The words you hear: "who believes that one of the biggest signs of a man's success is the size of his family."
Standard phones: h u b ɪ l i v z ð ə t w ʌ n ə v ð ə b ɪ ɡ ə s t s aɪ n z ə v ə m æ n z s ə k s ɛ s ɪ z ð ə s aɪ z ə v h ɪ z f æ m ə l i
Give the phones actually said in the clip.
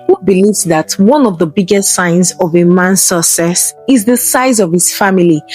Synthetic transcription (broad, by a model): h u b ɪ l i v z ð ə t w ʌ n ə v ð ə b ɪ ɡ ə s t s aɪ n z ə v ə m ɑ n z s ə s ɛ s ɪ z ð ə s aɪ z ə v h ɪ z f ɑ m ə l i